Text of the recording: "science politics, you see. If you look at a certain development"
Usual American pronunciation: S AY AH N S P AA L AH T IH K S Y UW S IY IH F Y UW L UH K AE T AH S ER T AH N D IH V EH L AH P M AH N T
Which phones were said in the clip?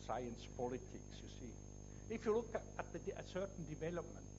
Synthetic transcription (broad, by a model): S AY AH N S P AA L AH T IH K S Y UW S IY IH F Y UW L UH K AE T AH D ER S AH N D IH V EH L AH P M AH N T